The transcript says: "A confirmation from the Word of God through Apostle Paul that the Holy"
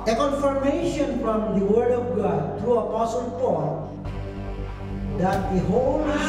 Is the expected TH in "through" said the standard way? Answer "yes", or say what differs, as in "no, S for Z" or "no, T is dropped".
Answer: no, T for TH